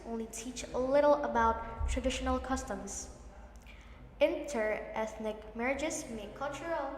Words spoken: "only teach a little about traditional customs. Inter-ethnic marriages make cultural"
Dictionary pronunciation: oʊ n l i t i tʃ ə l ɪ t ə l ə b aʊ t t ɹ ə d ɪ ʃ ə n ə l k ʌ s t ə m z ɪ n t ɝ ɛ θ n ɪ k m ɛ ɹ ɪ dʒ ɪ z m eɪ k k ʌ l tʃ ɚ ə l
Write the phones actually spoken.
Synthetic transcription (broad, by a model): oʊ n l i t i tʃ ə l ɪ t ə l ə b aʊ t t ɹ ə d ɪ ʃ ə n ə l k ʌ s t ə m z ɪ n t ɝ ɛ θ n ɪ k m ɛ ɹ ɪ dʒ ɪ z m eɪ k k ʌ l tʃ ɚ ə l